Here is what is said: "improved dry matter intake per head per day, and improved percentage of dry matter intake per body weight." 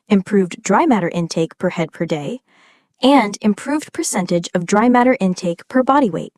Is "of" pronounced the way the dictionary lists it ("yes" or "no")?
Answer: yes